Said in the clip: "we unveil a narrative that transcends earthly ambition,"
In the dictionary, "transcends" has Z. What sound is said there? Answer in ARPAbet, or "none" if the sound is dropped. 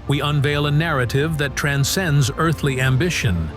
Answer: Z